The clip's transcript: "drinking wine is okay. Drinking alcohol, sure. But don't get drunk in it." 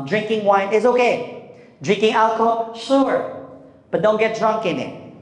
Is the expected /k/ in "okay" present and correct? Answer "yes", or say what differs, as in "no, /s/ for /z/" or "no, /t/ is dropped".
yes